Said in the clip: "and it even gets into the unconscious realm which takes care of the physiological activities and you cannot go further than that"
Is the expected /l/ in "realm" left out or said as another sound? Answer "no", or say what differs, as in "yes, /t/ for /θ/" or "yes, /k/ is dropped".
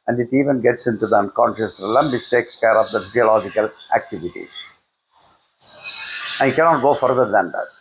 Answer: yes, /l/ is dropped